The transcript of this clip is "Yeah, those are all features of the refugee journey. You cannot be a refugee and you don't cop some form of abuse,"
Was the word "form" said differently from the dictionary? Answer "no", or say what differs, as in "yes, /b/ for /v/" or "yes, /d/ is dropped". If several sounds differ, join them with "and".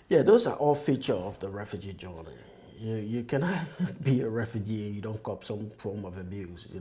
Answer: yes, /l/ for /ɹ/